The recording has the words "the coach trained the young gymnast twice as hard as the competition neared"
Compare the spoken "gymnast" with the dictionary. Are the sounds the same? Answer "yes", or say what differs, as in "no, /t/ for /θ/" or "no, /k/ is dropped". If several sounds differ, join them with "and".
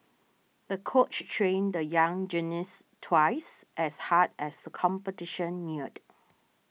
no, /m/ is dropped